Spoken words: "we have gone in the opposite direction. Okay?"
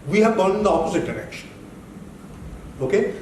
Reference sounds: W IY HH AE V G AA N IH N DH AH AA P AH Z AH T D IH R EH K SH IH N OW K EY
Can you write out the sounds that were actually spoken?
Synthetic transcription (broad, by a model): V IY HH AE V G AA L IH N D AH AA P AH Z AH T D IH R EH K SH IH N OW K EY